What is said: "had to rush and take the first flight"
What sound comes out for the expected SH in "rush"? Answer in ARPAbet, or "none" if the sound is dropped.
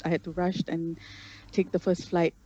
SH